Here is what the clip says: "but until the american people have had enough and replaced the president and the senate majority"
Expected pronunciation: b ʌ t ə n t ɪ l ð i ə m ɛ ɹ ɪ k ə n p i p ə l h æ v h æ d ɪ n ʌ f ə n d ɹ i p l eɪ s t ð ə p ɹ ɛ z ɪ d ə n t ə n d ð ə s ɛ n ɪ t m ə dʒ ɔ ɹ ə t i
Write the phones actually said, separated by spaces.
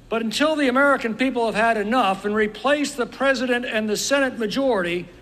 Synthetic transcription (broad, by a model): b ʌ t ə n t ɪ l ð i ə m ɛ ɹ ɪ k ə n p i p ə l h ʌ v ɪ d ɪ n ʌ f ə n ɹ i p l eɪ s ð ə p ɹ ɛ z ɪ d ə n t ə n ð ə s ɛ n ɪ t m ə dʒ ɔ ɹ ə t i